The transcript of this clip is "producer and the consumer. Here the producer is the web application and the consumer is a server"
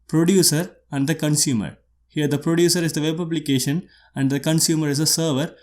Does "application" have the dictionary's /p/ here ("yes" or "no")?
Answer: no